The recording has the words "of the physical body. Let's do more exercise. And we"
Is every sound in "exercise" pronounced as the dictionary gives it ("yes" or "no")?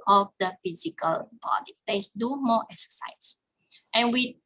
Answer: no